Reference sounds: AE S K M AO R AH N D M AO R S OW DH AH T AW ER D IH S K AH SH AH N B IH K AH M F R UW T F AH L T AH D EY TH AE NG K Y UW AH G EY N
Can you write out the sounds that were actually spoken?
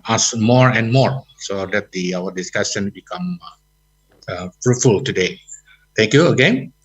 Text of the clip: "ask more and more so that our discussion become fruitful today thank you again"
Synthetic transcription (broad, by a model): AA S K M AO R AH N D M AO R S OW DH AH T AW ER D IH S K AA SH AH N B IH K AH M F R UW T F AH L T AH D EY T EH NG K Y UW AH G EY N